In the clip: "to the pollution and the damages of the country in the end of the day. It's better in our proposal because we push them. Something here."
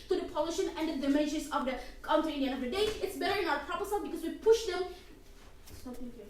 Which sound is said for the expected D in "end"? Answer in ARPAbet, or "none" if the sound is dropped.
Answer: none